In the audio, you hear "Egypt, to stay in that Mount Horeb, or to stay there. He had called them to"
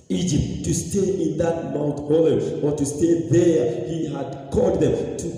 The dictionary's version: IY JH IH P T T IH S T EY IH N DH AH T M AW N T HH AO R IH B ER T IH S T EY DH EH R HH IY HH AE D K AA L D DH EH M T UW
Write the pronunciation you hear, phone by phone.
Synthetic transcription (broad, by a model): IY JH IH P T T IH S T EY IH N DH AH T M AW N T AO L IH ER T IH S T EY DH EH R HH IY HH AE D K AA L D DH EH M T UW